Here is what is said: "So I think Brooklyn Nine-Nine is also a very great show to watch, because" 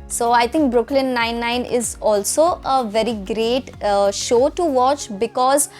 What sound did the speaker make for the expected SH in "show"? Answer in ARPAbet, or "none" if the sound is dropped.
SH